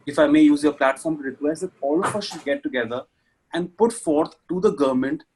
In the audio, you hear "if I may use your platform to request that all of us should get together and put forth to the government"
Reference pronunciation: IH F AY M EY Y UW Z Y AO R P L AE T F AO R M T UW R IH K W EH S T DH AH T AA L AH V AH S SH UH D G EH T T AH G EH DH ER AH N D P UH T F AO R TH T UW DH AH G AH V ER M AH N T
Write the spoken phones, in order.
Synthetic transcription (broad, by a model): IH F AY M EY Y UW Z Y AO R P L AE T F AO R M T UW R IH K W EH S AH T AA L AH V AH S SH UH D G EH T T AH G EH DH ER AH N D P UH T F AO R T T UW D AH G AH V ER M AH N T